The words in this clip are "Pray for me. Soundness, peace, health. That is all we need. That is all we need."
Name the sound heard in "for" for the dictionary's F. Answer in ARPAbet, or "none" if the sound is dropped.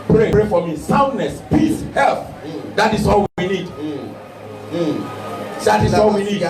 P